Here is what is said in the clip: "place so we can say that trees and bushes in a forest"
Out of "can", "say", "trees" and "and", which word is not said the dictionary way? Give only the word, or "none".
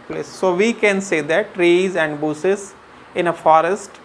none